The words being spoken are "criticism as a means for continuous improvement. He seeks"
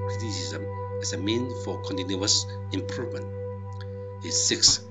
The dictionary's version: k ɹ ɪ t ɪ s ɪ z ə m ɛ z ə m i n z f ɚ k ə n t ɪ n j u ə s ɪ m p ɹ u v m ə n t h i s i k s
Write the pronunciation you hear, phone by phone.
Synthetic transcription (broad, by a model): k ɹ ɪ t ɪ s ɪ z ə m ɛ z ə m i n f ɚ k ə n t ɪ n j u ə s ɪ m p ɹ u v m ə n t h i s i k s